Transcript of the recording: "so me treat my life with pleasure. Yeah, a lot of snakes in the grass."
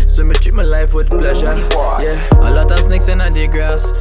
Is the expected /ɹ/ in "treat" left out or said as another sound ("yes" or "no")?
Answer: yes